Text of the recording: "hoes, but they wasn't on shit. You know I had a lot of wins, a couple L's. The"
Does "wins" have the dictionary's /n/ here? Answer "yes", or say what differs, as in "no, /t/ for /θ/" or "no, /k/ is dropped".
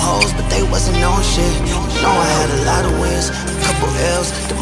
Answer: no, /n/ is dropped